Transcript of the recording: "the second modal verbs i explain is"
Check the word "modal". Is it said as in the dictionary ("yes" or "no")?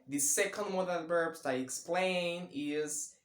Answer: no